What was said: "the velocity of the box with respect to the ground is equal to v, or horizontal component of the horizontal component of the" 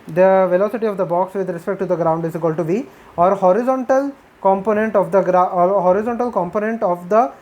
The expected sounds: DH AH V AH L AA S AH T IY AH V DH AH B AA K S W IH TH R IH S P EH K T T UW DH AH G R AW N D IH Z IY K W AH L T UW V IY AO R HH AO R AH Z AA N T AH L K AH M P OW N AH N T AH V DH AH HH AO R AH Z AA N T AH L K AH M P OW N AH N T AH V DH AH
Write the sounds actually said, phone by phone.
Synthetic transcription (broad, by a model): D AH V AH L AA S AH T IY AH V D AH B AA K S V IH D R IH S P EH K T T UW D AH G R AW N D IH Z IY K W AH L T UW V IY AO R HH AO R AH Z AA N T AH L K AH M P OW N AH N T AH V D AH HH AO R AH Z AA N T AH L K AH M P OW N AH N T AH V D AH